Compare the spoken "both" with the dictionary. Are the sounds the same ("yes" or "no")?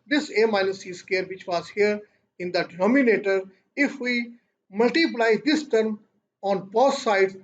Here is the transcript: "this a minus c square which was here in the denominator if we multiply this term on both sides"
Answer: no